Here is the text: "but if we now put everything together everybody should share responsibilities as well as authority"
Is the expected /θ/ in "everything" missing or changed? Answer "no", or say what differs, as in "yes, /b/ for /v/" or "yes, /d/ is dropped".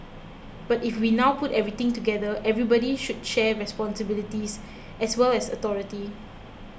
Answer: yes, /t/ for /θ/